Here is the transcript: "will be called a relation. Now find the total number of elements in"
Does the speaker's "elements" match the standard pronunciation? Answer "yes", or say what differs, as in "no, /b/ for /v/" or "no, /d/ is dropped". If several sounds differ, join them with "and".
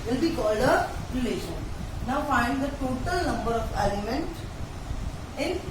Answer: no, /s/ is dropped